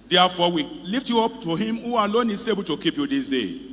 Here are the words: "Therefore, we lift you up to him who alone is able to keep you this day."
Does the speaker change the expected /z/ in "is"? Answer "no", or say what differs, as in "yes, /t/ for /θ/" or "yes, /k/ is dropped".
yes, /s/ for /z/